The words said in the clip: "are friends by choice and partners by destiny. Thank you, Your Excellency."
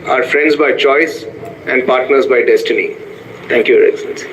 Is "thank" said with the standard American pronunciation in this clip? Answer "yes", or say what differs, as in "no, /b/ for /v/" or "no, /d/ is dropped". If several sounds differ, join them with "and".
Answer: no, /t/ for /θ/